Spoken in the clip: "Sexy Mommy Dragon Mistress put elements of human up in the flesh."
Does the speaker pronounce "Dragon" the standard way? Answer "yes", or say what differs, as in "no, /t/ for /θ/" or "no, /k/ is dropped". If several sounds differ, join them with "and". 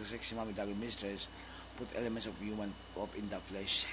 no, /ɹ/ is dropped